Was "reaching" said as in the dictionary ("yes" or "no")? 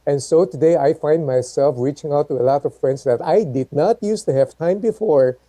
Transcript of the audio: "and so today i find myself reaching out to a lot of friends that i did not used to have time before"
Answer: yes